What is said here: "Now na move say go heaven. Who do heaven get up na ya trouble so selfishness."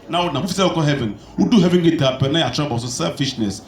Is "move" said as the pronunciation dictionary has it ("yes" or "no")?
no